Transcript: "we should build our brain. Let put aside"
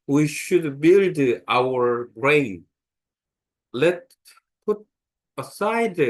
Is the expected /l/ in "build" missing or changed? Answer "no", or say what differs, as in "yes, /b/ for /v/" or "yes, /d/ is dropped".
no